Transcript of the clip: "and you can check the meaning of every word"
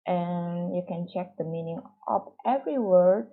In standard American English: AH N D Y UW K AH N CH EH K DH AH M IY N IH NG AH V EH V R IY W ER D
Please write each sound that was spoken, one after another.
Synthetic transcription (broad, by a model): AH N Y UW K AH N CH EH K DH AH M IY N IH NG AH P EH V R IY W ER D